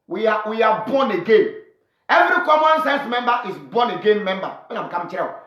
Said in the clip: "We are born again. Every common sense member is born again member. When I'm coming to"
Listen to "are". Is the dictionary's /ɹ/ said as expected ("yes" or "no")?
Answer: no